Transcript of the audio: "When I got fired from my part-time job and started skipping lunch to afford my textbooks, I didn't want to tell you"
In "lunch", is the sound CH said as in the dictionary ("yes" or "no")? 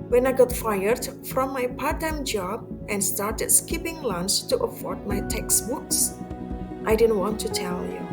no